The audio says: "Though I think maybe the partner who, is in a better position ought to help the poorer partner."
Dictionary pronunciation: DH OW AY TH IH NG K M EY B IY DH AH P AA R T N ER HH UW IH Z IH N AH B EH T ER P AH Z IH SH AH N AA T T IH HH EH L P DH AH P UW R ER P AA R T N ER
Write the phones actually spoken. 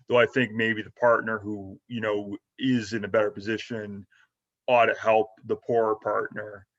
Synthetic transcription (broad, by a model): DH OW AY TH IH NG K M EY B IY DH AH P AA R T N ER HH UW IH Z IH N AH B EH T ER P AH Z IH SH AH N AA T T IH HH EH L P DH AH P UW R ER P AA R T N ER